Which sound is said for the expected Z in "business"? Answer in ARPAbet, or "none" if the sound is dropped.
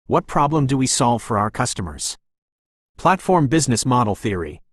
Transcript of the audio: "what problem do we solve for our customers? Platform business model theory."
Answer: Z